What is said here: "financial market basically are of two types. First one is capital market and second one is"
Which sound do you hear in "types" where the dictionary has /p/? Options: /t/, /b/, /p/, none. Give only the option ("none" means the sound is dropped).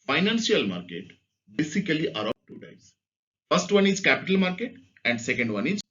none